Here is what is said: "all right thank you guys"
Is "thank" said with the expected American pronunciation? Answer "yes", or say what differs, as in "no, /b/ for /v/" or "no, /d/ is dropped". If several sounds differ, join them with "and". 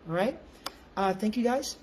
yes